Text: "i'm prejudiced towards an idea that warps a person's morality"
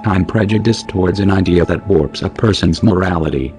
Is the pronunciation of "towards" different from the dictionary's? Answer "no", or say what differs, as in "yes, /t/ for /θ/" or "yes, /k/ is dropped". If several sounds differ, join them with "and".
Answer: no